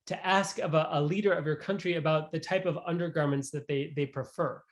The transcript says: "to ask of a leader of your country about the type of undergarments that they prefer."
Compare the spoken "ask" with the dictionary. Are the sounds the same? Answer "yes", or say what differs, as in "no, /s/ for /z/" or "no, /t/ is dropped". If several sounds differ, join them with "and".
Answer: yes